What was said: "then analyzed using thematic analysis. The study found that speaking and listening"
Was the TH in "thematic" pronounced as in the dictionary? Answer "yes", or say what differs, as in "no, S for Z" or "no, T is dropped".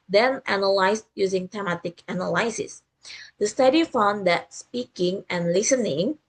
no, T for TH